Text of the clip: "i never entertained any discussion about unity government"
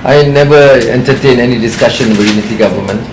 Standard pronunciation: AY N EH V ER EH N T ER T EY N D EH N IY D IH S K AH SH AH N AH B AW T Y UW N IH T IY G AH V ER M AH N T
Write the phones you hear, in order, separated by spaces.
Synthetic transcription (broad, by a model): AY N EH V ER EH N T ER T EY N EH N IY D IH S K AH SH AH N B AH Y UW N IH T IY G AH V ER M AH N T